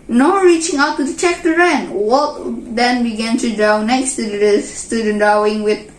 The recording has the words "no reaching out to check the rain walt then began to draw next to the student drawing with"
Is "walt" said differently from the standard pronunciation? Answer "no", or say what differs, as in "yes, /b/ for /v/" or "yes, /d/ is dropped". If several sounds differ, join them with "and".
yes, /l/ is dropped